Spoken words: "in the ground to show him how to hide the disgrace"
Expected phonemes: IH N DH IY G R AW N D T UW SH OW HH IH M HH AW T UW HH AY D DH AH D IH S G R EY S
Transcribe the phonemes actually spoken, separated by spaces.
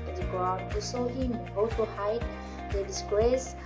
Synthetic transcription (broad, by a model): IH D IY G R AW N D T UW S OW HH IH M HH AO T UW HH AY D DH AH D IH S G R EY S